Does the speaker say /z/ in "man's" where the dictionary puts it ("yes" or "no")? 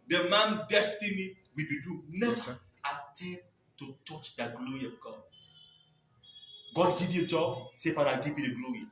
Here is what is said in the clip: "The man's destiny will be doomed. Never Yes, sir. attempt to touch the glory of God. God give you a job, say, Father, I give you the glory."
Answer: no